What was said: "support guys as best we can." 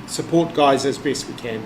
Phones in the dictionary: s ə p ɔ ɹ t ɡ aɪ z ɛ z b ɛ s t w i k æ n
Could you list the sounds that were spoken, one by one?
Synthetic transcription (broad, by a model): s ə p ɔ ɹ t ɡ aɪ z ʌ z b ɛ s t w i k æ n